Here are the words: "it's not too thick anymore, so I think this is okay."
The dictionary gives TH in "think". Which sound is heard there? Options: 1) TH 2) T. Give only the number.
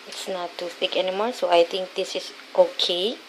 2